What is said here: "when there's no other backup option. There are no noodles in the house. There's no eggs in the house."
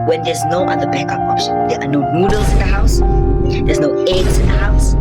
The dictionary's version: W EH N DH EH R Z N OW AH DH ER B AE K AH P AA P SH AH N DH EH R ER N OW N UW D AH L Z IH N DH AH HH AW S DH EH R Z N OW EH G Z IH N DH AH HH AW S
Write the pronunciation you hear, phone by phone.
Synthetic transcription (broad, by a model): W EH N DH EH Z N OW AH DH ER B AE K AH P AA SH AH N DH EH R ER N OW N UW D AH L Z IH N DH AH HH AW S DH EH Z N OW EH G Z IH N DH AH HH AW S